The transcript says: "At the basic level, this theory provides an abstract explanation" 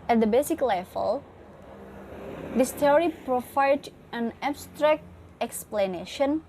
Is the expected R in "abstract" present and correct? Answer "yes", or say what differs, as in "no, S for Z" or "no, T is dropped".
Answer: yes